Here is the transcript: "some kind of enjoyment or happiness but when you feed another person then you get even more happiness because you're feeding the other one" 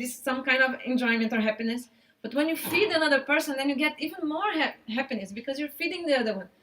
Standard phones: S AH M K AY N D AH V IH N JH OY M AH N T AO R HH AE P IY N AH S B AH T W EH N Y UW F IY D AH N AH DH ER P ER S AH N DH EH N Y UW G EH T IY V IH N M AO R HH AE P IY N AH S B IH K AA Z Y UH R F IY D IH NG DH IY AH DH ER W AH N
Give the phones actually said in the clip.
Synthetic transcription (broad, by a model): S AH M K AY N D AH V IH N JH OY M AH N T AO R HH AE P IY N AH S B AH T W EH N Y UW F IY D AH N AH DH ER P ER S AH N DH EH N Y UW G EH T IY V IH N M AO R HH AE P IY N AH S B IH K AA Z Y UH R F IY D IH NG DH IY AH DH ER W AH N